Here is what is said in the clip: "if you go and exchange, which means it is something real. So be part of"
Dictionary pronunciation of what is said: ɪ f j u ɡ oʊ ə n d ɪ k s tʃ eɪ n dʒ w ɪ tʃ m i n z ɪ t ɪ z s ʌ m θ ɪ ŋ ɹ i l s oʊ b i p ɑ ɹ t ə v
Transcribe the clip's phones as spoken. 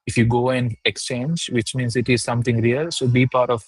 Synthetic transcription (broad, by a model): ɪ f j u ɡ oʊ ə n d ɪ k s tʃ eɪ n dʒ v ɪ tʃ m i n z ɪ t ɪ z s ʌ m t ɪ ŋ ɹ i l s oʊ b i p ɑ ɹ t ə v